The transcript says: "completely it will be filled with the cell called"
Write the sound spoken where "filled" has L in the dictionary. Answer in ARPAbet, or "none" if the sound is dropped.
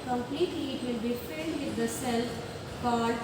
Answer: N